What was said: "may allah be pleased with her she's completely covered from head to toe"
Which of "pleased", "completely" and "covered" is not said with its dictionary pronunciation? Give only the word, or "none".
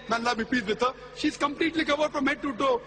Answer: pleased